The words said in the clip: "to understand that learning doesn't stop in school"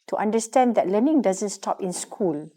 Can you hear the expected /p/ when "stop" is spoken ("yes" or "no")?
yes